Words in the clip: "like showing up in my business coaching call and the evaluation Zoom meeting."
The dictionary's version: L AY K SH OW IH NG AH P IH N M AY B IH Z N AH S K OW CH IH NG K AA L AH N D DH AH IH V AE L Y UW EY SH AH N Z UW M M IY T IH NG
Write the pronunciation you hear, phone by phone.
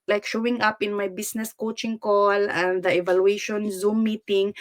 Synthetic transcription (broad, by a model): L AY K SH OW IH NG AH P IH N M AY B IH S N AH S K OW CH IH NG K AA L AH N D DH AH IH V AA L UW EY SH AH N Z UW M M IY T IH NG